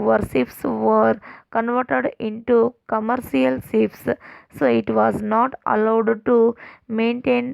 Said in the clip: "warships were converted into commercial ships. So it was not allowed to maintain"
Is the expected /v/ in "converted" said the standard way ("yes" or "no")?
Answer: yes